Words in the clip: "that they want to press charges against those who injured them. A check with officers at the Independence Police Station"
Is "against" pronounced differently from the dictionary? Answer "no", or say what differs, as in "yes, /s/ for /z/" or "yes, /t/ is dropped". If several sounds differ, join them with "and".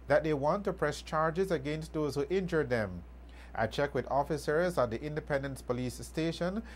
no